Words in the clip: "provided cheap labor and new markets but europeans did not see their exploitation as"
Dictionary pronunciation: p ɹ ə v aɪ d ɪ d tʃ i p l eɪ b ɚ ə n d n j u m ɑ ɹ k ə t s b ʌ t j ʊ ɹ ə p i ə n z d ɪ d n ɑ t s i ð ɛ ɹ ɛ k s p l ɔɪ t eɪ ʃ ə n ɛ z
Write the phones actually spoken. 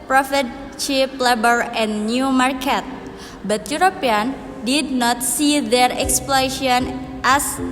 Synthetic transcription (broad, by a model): p ɹ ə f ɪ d tʃ i p l eɪ b ɚ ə n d n j u m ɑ ɹ k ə t b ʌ t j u ɹ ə p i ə n d ɪ d n ɑ t s i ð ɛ ɹ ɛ k s p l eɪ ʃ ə n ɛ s